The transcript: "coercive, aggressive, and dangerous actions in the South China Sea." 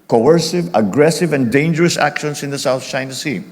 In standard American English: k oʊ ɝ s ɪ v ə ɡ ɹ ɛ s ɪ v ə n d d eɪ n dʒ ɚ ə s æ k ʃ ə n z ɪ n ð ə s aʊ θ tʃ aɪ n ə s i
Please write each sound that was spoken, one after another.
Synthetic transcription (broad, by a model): k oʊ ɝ s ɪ v ə ɡ ɹ ɛ s ɪ v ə n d d eɪ n dʒ ɚ ə s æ k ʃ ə n s ɪ n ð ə s aʊ θ tʃ aɪ n ə s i